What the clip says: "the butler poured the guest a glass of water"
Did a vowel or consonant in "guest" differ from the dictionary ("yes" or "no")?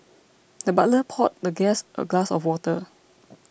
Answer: no